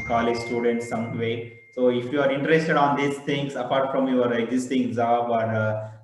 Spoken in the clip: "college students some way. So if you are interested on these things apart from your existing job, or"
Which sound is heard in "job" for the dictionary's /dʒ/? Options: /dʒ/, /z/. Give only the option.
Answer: /z/